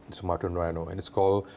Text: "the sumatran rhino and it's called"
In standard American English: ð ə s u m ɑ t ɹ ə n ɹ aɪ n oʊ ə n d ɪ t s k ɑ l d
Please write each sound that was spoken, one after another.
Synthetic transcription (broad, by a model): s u m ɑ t ə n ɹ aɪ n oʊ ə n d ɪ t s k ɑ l